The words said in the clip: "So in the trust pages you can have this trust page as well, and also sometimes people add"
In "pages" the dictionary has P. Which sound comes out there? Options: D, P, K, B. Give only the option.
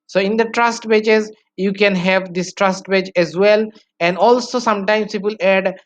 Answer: B